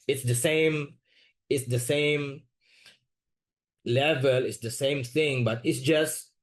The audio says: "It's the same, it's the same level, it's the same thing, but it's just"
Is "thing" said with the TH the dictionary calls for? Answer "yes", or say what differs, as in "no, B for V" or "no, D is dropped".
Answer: yes